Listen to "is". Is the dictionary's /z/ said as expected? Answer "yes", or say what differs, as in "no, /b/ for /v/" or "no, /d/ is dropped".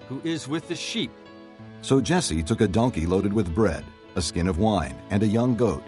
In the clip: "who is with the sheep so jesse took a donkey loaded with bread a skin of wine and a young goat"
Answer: yes